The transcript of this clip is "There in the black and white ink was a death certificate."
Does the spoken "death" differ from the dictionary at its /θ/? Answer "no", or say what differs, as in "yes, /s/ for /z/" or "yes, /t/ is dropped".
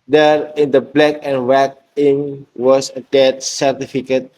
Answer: yes, /t/ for /θ/